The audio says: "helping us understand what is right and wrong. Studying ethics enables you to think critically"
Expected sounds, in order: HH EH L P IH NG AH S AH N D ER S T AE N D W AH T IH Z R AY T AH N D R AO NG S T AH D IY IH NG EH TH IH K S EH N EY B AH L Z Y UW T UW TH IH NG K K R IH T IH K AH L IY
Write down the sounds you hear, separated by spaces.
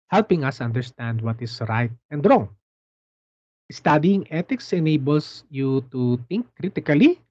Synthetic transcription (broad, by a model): HH EH L P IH NG AH S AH N D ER S T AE N D W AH T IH S R AY T AH N D R AO NG S T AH D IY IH NG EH T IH K S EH N EY B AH L S Y UW T UW T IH NG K K R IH T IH K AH L IY